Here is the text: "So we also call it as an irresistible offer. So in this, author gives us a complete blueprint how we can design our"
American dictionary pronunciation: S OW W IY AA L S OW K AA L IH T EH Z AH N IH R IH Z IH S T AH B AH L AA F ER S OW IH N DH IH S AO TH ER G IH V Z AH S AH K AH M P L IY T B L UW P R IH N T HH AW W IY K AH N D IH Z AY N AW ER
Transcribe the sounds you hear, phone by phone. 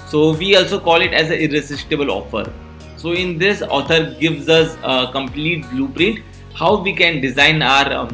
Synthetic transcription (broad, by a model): S OW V IY AA L S OW K AA L IH T EH Z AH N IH R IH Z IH S T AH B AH L AA F ER S OW IH N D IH S AO T ER G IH V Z AH S AH K AH M P L IY T B L UW P R IH N T HH AW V IY K AH N D IH Z AY N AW ER